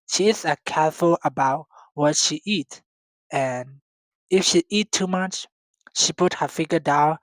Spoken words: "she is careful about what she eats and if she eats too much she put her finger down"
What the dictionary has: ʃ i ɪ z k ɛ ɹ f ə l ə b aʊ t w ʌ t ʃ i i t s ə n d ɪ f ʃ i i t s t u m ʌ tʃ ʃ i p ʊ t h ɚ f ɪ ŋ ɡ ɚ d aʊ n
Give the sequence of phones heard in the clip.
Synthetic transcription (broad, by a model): ʃ i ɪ s k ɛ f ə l ə b aʊ t w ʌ t ʃ i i t ə n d ɪ f ʃ i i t t u m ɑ tʃ ʃ i p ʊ t h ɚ f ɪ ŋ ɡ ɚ d aʊ n